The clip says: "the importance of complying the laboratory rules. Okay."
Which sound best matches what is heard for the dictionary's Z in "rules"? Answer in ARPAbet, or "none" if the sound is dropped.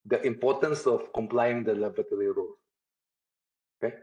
none